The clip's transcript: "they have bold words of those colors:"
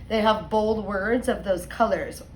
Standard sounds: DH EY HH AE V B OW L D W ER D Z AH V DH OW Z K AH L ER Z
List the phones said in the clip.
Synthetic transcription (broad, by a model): DH EY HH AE V B OW L D W ER D Z AH V DH OW Z K AH L ER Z